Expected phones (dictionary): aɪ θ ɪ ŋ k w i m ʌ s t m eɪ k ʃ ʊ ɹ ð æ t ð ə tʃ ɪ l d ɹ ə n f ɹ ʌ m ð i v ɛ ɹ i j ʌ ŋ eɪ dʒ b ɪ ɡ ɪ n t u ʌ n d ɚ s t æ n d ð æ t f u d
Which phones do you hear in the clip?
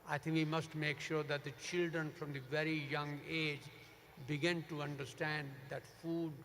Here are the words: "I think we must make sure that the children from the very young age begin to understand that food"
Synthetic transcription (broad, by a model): aɪ t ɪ ŋ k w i m ʌ s t m eɪ k ʃ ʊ ɹ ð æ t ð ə tʃ ɪ l d ɹ ə n f ɹ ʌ m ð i v ɛ ɹ i j ʌ ŋ eɪ dʒ b ɪ ɡ ɪ n t u ʌ n d ɚ s t æ n d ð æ t f u d